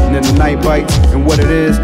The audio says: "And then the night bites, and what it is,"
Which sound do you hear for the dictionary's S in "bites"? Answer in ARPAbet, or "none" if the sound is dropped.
none